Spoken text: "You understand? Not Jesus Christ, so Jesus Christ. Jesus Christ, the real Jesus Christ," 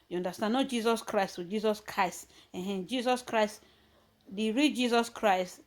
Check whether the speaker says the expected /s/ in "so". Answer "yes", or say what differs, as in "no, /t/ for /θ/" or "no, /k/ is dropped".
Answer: no, /θ/ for /s/